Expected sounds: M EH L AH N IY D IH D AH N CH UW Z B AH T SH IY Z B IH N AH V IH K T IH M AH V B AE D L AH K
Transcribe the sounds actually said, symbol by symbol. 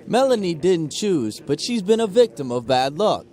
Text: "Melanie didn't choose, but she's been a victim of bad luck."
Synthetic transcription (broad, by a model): M EH L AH N IY D IH D N CH UW Z B AH T SH IY Z B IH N AH V IH K T IH M AH V B AE D L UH K